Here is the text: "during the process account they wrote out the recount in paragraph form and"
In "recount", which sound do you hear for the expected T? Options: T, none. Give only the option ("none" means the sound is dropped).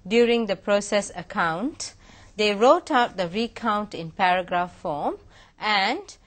T